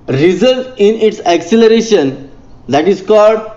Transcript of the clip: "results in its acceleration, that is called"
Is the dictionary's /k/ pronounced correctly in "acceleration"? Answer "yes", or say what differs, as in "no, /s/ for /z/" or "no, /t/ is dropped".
yes